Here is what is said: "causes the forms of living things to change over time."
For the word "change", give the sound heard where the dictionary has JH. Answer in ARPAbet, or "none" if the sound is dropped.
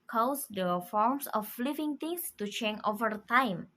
none